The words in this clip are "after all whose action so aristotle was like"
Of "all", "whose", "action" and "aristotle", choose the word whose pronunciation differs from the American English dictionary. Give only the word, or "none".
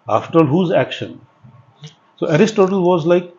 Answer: none